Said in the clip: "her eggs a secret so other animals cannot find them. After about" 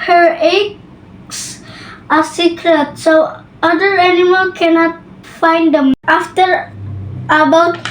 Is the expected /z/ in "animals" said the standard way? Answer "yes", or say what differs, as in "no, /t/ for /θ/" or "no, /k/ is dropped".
no, /z/ is dropped